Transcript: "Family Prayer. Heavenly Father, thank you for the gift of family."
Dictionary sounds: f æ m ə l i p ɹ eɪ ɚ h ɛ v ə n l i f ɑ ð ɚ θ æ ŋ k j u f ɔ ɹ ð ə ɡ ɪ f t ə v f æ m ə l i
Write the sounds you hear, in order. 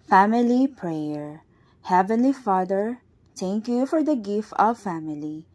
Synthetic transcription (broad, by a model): f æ m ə l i p ɹ eɪ ɚ h ɛ v ə n l i f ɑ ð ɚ t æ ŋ k j u f ɔ ɹ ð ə ɡ ɪ f t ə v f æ m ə l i